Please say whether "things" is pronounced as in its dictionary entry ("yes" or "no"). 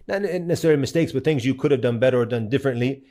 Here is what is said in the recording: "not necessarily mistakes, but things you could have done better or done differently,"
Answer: yes